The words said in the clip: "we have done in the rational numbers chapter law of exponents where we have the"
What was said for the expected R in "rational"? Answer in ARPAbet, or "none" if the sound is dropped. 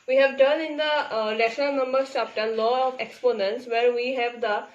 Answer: L